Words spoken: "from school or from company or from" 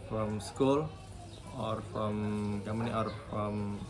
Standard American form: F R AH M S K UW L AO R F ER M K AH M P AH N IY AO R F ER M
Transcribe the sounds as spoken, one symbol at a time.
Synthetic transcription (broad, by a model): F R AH M S K UW L AO R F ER M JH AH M AH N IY AO R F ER M